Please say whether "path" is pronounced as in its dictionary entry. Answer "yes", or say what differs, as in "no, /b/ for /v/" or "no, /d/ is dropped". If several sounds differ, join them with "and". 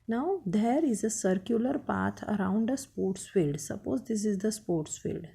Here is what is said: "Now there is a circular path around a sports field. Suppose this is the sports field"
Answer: no, /t/ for /θ/